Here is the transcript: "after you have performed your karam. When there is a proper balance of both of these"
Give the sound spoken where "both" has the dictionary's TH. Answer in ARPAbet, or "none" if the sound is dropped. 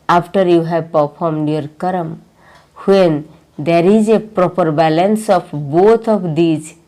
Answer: T